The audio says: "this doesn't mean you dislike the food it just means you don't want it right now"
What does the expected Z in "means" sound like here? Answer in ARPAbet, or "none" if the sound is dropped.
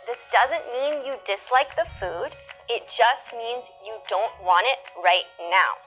Z